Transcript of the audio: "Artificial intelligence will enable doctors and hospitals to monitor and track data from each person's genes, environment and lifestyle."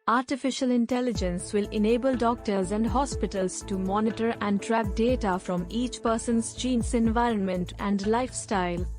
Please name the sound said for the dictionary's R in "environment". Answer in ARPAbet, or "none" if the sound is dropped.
R